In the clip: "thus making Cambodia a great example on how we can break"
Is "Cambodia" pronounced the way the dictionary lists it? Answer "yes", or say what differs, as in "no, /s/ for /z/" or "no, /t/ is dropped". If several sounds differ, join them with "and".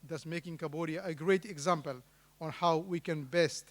no, /m/ is dropped